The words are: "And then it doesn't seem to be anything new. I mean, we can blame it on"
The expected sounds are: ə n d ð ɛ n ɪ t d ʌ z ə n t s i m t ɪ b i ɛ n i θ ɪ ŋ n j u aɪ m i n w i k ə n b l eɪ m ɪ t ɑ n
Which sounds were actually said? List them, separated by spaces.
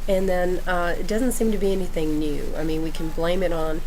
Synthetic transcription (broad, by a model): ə n ð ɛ n ɪ t d ʌ z ə n t s i m t ɪ b i ɛ n i θ ɪ ŋ n j u aɪ m i n w i k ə n b l eɪ m ɪ t n